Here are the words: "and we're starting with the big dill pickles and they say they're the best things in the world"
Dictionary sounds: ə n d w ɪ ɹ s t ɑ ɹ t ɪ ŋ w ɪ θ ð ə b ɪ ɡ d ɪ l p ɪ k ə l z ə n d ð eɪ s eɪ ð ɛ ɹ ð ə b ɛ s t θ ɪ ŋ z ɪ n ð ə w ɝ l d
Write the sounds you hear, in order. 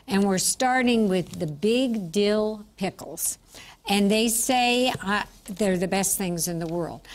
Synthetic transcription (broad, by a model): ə n w ɪ ɹ s t ɑ ɹ t ɪ ŋ w ɪ ð ə b ɪ ɡ d ɪ l p ɪ k l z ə n ð eɪ s eɪ ð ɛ ɹ ð ə b ɛ s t θ ɪ ŋ z ɪ n ð ə w ɝ l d